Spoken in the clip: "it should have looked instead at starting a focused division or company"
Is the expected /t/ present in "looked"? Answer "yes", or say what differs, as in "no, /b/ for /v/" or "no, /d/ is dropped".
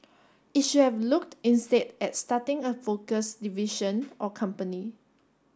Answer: yes